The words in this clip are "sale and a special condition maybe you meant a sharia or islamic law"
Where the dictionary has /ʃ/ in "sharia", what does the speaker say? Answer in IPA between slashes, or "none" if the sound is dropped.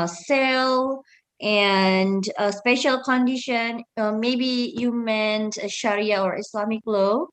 /ʃ/